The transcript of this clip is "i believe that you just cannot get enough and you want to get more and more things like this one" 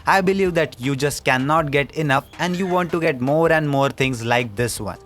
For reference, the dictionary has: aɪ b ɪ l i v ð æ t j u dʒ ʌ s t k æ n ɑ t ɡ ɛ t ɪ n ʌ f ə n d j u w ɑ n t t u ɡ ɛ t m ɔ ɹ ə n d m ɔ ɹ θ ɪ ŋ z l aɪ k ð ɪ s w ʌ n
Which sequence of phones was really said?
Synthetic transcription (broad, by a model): aɪ b ɪ l i v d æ t j u dʒ ʌ s t k æ n ɑ t ɡ ɛ t ɪ n ʌ f ə n d j u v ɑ n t t u ɡ ɛ t m ɔ ɹ ə n d m ɔ ɹ t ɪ ŋ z l aɪ k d ɪ s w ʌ n